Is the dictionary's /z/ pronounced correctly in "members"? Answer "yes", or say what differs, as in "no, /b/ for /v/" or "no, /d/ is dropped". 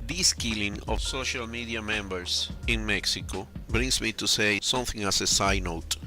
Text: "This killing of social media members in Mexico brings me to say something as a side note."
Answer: no, /s/ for /z/